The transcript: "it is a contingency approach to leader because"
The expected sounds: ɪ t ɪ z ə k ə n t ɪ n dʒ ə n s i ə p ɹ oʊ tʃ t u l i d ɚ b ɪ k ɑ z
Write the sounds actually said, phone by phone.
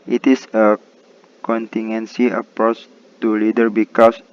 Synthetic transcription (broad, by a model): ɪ t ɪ s ə k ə n t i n ə n s i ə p ɹ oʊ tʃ t u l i d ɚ b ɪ k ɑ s